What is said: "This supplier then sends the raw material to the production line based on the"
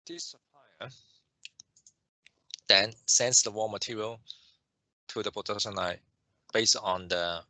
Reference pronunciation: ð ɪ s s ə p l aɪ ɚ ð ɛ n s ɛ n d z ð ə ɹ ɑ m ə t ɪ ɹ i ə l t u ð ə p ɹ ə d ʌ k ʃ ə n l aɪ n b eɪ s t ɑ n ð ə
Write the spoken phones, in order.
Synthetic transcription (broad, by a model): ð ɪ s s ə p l aɪ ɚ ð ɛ n s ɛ n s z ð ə w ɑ m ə t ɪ ɹ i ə l t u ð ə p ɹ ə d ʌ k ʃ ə n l aɪ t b eɪ s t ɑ n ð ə